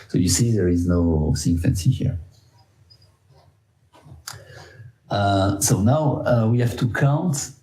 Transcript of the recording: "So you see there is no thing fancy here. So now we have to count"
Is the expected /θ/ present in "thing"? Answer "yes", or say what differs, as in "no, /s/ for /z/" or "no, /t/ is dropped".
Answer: no, /s/ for /θ/